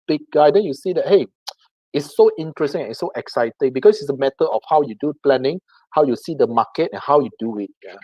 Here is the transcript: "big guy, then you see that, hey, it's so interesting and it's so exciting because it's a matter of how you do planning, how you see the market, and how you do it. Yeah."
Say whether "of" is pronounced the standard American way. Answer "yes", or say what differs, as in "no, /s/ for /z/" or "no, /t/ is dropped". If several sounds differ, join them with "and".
no, /f/ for /v/